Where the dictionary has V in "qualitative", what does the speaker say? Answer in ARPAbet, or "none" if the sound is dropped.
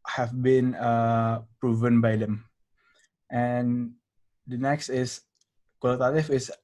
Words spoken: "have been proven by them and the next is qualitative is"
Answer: F